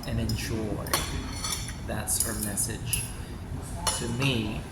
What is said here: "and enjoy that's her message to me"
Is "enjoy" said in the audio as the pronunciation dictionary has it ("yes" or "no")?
no